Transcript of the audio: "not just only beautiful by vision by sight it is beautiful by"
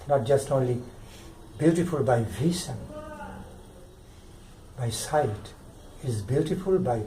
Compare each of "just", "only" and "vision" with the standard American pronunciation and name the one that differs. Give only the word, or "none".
vision